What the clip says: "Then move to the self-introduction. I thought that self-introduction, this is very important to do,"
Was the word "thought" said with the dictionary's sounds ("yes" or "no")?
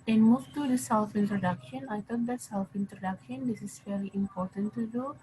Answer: no